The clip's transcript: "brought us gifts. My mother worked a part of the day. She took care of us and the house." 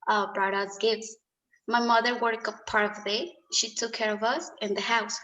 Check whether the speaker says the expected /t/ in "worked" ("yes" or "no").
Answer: no